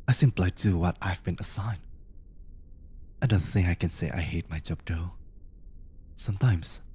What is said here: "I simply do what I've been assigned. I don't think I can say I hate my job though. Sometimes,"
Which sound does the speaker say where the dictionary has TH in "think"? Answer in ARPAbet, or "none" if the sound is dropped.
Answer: TH